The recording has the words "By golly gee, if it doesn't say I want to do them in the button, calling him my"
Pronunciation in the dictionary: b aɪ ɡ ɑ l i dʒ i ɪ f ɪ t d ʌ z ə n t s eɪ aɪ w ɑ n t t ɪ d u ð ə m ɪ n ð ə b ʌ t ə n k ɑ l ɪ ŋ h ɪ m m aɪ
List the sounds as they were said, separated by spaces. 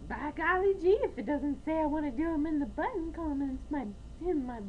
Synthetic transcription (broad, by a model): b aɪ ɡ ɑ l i dʒ i ɪ f ɪ t d ʌ z ə n t s eɪ aɪ w ɑ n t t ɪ d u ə m ɪ n ð ə b ʌ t n k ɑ n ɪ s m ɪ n m aɪ